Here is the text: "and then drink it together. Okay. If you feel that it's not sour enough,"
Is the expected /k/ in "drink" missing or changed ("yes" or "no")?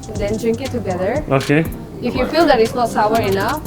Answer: no